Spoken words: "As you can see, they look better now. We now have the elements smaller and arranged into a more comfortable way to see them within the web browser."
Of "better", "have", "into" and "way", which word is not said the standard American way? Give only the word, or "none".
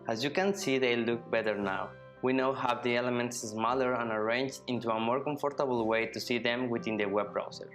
have